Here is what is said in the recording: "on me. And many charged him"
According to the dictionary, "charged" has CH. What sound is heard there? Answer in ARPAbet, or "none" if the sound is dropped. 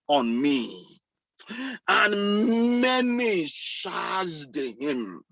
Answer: SH